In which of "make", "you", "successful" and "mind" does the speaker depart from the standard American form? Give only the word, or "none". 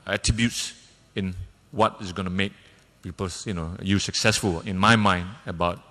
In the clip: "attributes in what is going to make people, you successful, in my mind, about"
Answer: none